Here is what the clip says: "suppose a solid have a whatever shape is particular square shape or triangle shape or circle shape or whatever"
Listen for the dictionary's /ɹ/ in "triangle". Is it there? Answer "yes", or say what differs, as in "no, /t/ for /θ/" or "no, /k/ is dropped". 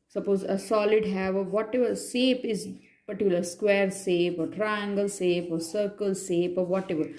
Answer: yes